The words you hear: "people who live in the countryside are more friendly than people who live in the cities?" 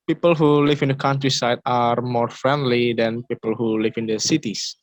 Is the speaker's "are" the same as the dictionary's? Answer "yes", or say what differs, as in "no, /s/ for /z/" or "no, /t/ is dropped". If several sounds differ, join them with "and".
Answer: yes